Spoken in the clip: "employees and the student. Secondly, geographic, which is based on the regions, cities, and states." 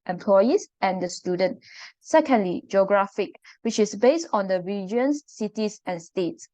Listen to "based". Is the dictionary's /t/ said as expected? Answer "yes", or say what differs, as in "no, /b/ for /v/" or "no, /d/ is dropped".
yes